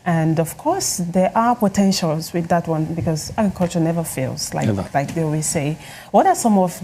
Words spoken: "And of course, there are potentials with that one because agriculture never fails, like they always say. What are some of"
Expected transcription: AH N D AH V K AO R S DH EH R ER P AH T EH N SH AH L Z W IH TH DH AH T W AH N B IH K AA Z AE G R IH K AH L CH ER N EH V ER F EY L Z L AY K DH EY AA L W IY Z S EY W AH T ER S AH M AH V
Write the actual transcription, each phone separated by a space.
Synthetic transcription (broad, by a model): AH N D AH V K AO R S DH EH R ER P AH T EH N SH AH L Z W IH DH AH T W AH N B IH K AA Z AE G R K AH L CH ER N EH V ER F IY L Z L AY K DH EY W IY S EY W AH T ER S AH M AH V